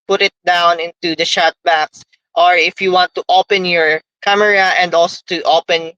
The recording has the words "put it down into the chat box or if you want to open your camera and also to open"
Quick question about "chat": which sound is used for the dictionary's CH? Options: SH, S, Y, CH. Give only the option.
SH